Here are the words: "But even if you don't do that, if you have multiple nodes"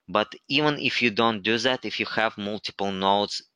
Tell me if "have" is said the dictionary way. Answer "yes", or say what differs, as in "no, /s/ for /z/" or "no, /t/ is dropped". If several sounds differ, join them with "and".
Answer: yes